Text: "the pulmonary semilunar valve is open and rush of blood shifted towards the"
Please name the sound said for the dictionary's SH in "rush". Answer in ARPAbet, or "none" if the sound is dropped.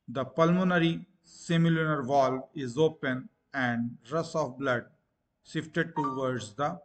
S